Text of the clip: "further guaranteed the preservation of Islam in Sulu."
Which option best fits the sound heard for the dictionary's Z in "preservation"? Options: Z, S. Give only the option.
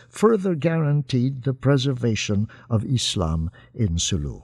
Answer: Z